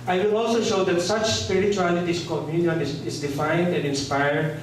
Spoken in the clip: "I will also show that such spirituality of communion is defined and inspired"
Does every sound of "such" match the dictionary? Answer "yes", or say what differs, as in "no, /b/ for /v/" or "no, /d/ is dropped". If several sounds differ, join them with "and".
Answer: yes